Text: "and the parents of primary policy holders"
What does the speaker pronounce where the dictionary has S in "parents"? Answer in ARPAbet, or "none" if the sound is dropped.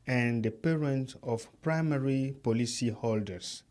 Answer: none